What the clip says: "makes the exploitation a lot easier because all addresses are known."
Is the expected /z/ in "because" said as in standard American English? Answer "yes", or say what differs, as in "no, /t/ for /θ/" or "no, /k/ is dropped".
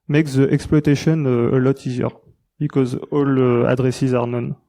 yes